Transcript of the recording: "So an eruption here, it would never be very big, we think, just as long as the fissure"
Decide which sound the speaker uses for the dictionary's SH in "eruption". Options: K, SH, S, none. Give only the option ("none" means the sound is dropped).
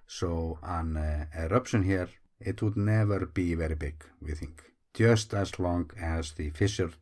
SH